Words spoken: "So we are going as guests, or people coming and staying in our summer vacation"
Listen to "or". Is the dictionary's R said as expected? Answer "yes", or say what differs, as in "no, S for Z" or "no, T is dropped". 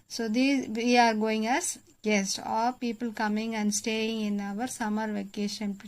no, L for R